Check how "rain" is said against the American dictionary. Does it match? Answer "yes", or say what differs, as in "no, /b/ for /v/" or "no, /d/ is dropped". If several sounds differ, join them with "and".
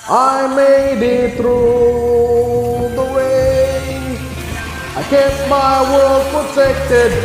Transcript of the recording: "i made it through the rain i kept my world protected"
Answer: no, /w/ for /ɹ/ and /n/ is dropped